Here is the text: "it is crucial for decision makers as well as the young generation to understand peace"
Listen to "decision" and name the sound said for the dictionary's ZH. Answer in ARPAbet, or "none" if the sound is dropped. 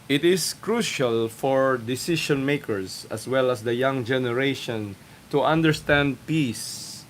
SH